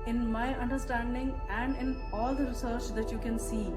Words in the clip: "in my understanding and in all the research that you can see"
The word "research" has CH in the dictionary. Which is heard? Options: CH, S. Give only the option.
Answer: CH